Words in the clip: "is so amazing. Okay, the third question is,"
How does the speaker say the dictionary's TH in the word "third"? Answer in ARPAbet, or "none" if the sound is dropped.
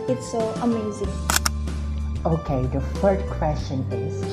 F